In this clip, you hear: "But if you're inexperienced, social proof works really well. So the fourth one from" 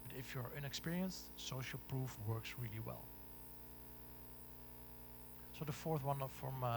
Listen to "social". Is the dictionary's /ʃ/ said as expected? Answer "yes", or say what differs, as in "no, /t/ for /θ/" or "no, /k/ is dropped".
yes